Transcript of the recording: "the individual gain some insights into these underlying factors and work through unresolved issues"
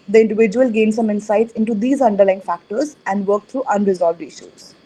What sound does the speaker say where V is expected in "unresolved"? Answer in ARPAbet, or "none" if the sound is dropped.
V